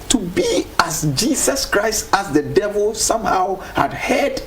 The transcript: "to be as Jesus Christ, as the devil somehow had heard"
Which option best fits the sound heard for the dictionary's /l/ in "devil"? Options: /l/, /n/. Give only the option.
/l/